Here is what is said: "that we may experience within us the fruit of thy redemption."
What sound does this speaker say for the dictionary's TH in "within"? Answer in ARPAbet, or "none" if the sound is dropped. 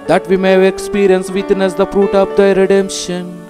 T